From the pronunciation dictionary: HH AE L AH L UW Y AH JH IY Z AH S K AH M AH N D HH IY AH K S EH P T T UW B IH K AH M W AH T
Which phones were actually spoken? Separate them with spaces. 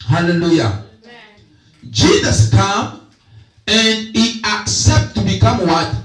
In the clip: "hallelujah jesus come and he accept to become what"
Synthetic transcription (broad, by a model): HH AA L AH L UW Y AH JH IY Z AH S K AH M AH N D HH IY AH K S EH P T T UW B IH K AH M W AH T